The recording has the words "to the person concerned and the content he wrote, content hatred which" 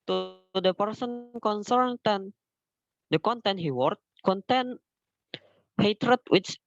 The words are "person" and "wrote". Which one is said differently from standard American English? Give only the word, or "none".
wrote